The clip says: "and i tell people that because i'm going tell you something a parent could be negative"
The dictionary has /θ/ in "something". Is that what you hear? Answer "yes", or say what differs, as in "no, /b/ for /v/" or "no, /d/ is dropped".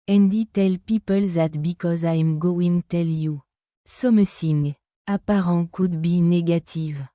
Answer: no, /s/ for /θ/